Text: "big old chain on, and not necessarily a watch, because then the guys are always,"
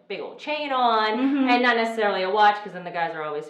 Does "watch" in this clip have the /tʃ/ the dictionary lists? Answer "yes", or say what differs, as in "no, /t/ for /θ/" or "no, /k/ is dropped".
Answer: yes